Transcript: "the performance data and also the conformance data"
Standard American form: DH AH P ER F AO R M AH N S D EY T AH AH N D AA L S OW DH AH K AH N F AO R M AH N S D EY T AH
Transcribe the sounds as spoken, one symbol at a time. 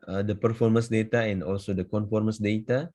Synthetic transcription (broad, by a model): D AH P ER F AO R M AH N S D EY T AH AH N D AA L S OW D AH K AH N F AO R M AH N S D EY T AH